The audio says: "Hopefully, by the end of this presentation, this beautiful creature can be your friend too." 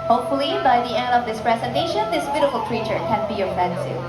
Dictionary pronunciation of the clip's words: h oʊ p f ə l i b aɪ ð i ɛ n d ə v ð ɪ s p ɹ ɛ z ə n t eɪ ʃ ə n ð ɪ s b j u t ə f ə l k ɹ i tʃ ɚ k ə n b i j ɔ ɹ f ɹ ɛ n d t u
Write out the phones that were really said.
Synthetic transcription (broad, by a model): h oʊ p f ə l i b aɪ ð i ɛ n d ə v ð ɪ s p ɹ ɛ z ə n t eɪ ʃ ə n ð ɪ s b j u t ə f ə l k ɹ i tʃ ɚ k ə n b i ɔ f ɛ n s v